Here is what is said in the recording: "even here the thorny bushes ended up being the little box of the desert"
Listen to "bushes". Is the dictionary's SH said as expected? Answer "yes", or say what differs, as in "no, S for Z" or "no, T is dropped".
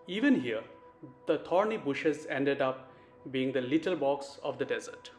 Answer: yes